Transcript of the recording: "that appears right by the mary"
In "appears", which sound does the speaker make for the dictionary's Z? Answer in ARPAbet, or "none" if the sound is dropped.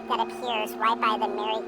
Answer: Z